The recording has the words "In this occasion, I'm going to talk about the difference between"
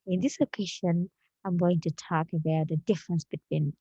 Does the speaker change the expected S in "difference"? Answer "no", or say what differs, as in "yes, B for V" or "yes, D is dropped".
no